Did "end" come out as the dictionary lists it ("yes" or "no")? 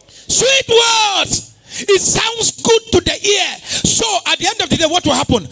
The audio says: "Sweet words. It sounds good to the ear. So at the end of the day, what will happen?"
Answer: yes